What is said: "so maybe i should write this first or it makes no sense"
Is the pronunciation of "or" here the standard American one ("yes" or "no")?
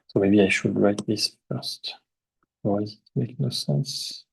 no